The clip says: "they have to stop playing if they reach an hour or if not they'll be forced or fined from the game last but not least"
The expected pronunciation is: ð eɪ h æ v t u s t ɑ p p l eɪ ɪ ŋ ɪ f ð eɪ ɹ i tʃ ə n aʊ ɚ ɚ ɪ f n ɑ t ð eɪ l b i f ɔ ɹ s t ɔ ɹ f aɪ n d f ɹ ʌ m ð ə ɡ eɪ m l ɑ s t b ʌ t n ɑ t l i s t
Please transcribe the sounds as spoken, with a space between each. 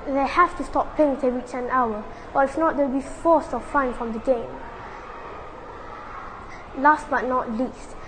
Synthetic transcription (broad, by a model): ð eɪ h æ f t u s t ɑ p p eɪ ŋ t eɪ ɹ i tʃ ə n aʊ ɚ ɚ ɪ f n ɑ t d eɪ w b i f ɔ s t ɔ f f aɪ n f ɹ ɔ m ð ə ɡ eɪ m l ɑ s t b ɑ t n ɑ t l i s t